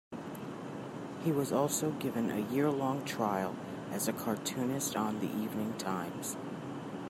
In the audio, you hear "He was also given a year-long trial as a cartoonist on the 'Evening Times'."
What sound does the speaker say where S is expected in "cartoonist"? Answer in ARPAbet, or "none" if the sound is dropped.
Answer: S